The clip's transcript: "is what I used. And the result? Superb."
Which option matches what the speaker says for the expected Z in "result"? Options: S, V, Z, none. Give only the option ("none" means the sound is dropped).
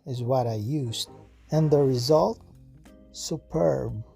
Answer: Z